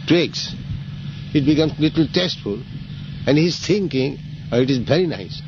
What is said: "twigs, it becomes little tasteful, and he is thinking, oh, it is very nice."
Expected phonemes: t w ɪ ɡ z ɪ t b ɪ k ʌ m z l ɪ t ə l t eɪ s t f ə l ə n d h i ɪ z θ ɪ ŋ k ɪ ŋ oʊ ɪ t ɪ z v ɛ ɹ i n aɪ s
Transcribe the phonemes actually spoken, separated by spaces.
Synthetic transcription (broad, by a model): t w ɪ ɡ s ɪ t b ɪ k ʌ m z l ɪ t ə l t eɪ s t f ə l ə n d h i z t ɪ ŋ k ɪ ŋ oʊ ɪ t ɪ z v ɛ ɹ i n aɪ s